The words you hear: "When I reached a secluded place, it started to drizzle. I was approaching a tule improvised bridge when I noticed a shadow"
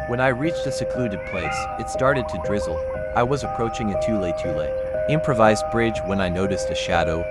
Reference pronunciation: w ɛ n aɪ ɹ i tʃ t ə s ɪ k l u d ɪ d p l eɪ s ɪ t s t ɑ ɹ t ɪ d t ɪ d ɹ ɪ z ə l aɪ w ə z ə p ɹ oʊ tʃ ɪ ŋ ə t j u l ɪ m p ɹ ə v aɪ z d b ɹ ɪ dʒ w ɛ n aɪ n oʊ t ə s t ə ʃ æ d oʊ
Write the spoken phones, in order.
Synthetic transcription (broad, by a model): w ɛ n aɪ ɹ i tʃ t ə s ɪ k l u d ɪ d p l eɪ s ɪ t s t ɑ ɹ t ɪ d t ɪ d ɹ ɪ z l aɪ w ə z ə p ɹ oʊ tʃ ɪ ŋ ə t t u l ɪ m p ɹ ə v aɪ z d b ɹ ɪ dʒ w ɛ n aɪ n oʊ t ə s t ə ʃ æ d oʊ